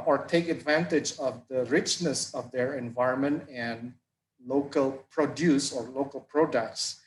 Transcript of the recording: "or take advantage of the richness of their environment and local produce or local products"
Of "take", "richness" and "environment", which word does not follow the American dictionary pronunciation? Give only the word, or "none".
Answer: none